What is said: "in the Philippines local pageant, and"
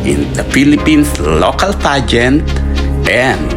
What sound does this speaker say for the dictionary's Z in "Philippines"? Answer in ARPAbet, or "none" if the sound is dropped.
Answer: S